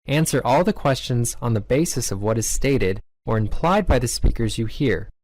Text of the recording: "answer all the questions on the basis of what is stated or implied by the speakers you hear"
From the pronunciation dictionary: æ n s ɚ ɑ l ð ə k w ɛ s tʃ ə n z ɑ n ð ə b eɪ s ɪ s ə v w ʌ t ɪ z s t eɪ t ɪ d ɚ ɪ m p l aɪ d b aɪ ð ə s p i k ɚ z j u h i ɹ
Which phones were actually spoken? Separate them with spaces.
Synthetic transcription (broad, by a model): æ n s ɚ ɑ l ð ə k w ɛ s tʃ ə n z n ð ə b eɪ s ɪ s ə v w ʌ t ɪ z s t eɪ t ɪ d ɚ ɪ m p l aɪ d b aɪ ð ə s p i k ɚ z j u h i ɹ